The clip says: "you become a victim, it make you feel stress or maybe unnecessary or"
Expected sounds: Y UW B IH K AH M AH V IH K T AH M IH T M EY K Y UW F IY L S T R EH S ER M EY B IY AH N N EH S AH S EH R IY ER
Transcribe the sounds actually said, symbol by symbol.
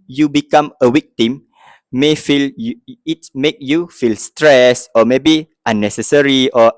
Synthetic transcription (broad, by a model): Y UW B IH K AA M AH W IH K T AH M IH T M EY K Y UW F IY L S T R EH S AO M EY B IY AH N N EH S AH S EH R IY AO